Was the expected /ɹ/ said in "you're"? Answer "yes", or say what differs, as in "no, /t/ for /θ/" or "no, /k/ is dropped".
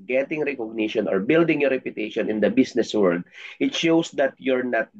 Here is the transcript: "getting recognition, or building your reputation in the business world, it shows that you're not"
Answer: yes